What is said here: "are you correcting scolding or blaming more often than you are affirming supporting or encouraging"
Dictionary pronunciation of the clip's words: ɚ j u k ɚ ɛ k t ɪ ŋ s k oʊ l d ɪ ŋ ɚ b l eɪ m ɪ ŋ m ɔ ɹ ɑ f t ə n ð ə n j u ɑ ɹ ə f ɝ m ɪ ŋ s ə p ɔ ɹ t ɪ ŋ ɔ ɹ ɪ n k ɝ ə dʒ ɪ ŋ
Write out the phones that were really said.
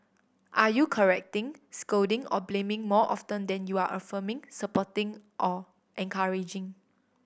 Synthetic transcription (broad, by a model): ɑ j u k ɚ ɛ k t ɪ ŋ s k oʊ d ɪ ŋ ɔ b l eɪ m ɪ ŋ m ɔ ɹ ɑ f t ə n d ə n j u ɑ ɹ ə f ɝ m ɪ ŋ s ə p ɔ t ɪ ŋ ɔ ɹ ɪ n k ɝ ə dʒ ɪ ŋ